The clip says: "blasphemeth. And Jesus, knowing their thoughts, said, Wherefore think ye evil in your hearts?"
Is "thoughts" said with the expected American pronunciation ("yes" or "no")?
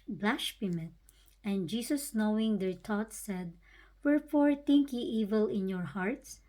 no